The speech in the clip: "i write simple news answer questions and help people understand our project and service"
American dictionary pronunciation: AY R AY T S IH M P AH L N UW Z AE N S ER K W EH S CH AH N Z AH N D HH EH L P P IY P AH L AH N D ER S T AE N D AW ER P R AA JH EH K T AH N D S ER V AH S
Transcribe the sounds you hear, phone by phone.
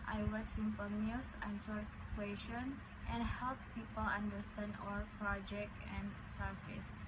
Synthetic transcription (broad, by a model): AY W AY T S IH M P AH L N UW S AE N S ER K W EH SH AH N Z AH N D HH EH L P P IY P AH L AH N D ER S T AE N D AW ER P R AA JH EH K T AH N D S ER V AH S